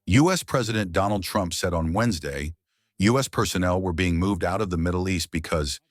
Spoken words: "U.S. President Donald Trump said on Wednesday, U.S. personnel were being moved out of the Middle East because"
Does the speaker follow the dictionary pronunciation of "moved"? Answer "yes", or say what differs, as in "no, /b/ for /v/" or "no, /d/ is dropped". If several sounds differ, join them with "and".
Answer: yes